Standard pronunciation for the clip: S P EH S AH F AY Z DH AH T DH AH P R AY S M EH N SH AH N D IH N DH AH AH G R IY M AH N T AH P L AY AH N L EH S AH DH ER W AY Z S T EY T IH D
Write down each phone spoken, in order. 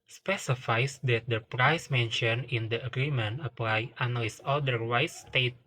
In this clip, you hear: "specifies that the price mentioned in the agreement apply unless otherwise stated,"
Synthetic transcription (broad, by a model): S P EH S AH F AY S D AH T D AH P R AY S M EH N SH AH N IH N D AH AH G R IY M AH N T AH P L AY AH N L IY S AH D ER W AY S T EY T